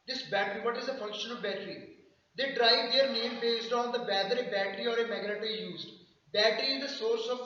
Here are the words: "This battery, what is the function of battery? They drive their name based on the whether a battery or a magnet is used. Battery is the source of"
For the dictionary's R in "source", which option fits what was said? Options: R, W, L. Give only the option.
R